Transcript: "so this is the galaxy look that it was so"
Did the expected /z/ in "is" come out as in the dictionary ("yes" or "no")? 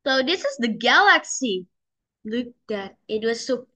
yes